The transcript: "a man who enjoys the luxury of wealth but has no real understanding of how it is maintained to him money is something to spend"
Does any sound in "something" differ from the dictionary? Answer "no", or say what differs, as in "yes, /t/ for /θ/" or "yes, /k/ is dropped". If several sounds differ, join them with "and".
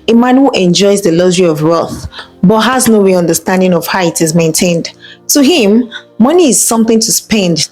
no